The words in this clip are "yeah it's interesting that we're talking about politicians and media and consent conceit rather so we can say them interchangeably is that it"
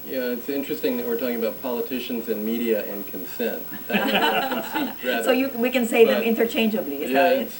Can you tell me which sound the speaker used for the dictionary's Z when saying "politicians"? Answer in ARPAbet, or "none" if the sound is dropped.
Z